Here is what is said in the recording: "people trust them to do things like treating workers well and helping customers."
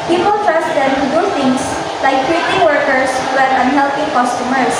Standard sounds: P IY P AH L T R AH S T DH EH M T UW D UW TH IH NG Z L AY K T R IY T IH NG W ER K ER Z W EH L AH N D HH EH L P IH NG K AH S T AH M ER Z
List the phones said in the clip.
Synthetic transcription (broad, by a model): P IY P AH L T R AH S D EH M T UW D UW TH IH NG S L AY K T R IY T IH NG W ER K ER S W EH N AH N HH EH L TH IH K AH S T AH M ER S